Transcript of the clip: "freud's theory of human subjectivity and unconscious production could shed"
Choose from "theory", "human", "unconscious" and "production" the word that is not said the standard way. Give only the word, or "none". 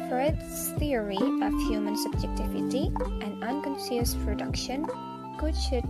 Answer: unconscious